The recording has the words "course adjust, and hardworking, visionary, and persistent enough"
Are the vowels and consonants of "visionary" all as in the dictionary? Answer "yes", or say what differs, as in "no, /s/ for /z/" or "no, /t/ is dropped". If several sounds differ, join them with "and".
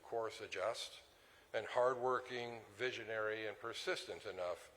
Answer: yes